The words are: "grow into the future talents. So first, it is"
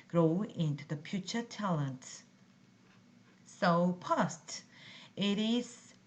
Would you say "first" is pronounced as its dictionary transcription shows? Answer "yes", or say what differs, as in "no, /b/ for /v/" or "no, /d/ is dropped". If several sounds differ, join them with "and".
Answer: no, /p/ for /f/